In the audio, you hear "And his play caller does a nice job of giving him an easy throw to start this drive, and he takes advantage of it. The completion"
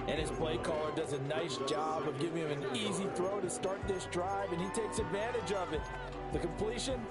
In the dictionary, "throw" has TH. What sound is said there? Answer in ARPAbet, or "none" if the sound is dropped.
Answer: TH